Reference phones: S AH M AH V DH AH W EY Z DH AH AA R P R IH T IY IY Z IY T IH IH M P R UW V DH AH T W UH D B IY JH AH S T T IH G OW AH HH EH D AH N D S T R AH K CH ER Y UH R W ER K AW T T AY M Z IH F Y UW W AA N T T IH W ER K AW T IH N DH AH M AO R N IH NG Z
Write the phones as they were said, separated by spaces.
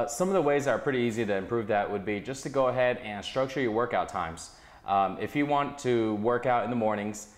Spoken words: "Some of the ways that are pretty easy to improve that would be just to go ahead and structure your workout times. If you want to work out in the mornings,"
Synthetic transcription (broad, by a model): S AH M AH V DH AH W EY Z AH R P R IH T IY IY Z IY T IH IH M P R UW V DH AH T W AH D B IY JH AH S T T IH G OW AH HH EH D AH N S T R AH K CH ER Y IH W ER K AW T T AY M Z IH F Y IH W AA N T T IH W ER K AW T IH N DH AH M AO R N IH NG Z